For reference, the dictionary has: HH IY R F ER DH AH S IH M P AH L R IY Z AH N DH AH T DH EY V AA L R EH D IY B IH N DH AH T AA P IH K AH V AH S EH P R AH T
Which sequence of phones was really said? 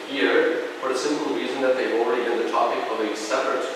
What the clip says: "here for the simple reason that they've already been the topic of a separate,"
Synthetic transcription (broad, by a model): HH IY R F ER DH AH S IH M P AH L R IY Z AH N DH AH T DH EY V AA L R EH D IY B IH N DH AH T AA P IH K AH V AH S EH P R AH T